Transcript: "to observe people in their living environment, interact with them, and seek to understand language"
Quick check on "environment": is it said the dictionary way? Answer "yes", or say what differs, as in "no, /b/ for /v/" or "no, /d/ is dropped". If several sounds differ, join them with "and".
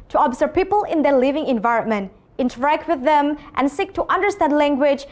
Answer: yes